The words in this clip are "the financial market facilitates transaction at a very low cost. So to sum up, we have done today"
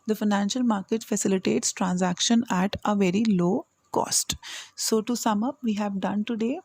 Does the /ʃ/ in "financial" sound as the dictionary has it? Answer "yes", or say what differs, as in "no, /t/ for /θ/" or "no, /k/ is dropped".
yes